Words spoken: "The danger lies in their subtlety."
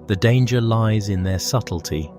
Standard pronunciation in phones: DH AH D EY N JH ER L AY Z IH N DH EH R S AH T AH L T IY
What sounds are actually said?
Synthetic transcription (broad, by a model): DH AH D EY N JH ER L AY Z IH N DH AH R S AH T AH L T IY